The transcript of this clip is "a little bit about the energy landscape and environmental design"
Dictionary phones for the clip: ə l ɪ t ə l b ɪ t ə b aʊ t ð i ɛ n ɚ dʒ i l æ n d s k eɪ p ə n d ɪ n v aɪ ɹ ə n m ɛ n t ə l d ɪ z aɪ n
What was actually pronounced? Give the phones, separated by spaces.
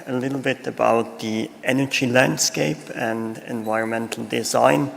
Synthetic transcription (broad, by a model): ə l ɪ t l b ɪ t ə b aʊ t ð i ɛ n ɚ dʒ i l æ n d s k eɪ p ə n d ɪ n v aɪ ɹ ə n m ɛ n t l d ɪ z aɪ n